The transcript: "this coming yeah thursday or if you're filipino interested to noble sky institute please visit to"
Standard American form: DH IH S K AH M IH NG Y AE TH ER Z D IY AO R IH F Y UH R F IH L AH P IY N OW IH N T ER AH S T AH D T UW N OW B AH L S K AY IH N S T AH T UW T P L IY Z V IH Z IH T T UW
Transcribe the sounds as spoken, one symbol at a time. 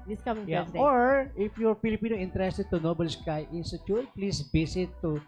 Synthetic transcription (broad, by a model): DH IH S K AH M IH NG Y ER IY AO R IH F Y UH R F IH L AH P IY N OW IH N T ER AH S T AH D T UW N OW B AH L S K AY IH N S T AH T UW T P L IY S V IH S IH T T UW